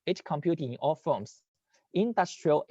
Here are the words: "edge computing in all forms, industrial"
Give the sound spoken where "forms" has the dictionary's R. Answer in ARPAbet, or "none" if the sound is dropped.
L